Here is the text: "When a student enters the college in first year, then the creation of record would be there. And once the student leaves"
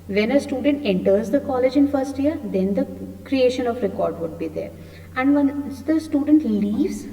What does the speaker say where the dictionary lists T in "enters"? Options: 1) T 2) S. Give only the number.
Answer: 1